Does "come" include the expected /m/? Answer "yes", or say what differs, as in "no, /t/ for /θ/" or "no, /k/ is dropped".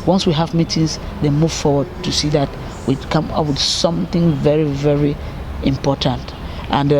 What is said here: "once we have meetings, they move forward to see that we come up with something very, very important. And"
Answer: yes